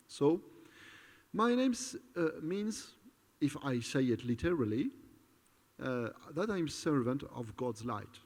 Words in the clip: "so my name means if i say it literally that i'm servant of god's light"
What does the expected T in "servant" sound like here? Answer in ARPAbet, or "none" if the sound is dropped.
T